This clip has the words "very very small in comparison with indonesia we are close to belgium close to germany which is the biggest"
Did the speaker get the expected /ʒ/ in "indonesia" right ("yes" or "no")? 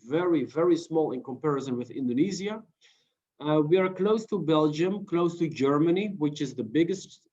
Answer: no